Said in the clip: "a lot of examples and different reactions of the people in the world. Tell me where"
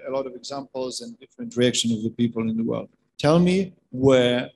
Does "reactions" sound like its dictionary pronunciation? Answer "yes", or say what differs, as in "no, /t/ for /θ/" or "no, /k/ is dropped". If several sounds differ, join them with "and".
no, /z/ is dropped